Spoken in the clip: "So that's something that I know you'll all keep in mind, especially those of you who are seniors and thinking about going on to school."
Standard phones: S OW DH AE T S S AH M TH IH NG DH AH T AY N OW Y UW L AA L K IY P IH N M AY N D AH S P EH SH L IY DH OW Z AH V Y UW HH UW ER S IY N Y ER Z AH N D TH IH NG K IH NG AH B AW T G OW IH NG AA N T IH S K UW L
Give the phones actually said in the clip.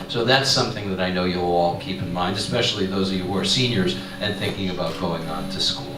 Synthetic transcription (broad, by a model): S OW DH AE T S S AH M TH IH NG DH AH T AY N OW Y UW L AA L K IY P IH N M AY N D AH S P EH SH L IY DH OW Z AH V Y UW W ER S IY N Y ER Z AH N TH IH NG K IH NG AH B AW T G OW IH NG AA N T IH S K UW L